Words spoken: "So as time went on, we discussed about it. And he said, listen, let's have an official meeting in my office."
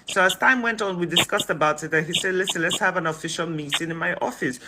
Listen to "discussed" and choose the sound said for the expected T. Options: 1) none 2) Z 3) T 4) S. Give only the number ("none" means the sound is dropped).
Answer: 3